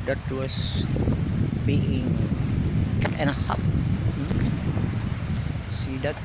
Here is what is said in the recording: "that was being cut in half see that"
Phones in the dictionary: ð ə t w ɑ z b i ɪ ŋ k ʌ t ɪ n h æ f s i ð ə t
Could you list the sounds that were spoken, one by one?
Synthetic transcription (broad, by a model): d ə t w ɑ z b i ɪ ŋ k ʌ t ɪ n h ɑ p s i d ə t